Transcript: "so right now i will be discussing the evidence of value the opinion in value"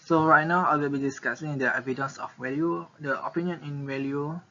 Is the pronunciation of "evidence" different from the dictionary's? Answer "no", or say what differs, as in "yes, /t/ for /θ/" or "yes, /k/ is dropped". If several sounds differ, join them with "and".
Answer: no